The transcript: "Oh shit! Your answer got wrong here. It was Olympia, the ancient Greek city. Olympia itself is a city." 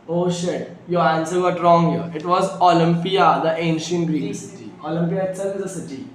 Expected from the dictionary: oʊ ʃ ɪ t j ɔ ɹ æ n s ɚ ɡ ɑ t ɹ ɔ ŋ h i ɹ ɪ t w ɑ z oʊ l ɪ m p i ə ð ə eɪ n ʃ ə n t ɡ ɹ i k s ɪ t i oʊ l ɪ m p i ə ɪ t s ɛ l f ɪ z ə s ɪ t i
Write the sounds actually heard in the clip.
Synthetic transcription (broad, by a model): oʊ ʃ ɪ t j ɔ ɹ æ n s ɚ ɡ ɑ t ɹ ɔ ŋ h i ɹ ɪ t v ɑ z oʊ l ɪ m p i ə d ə eɪ n ʃ ə n t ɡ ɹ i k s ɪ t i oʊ l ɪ m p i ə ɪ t ɪ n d ə s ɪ t i